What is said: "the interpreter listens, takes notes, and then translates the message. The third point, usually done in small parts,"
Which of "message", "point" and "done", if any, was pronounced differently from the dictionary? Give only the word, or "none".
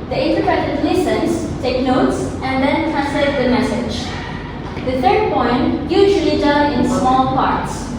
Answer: done